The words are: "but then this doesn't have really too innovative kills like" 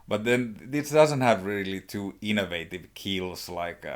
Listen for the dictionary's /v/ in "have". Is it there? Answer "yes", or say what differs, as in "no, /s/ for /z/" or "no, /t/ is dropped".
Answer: yes